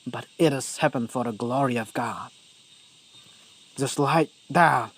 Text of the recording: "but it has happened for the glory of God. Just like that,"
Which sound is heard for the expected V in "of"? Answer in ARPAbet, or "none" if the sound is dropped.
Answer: V